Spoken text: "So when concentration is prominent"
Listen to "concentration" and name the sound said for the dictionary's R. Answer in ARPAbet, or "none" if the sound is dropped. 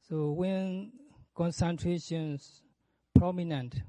R